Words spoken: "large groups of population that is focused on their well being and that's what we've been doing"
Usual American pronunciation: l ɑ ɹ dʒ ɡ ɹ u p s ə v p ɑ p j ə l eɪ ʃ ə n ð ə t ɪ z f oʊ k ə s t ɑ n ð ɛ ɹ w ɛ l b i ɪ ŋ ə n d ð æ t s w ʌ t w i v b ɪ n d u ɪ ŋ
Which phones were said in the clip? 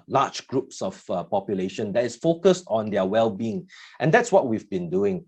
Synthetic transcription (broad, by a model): l ɑ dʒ ɡ ɹ u p s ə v p ɑ p j ə l eɪ ʃ ə n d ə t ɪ s f oʊ k ə s t ɑ n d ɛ w ɛ l b i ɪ ŋ ə n d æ t s w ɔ t w i v b ɪ n d u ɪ ŋ